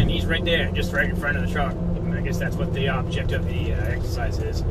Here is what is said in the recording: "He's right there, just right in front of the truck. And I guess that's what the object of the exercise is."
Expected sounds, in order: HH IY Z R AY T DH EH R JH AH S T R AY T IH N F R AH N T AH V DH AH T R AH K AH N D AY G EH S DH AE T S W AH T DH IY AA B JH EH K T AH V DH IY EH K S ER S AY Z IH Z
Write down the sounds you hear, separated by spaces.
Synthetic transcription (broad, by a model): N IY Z R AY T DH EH R JH AH S T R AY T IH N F R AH T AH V DH AH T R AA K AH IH G EH S DH AE T S W AH T DH IY AA B JH EH K T AH V DH IY EH K S ER S AY Z IH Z